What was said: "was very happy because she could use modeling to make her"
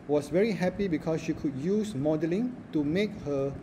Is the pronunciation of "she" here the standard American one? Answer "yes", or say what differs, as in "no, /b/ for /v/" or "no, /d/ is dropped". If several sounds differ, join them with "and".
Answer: yes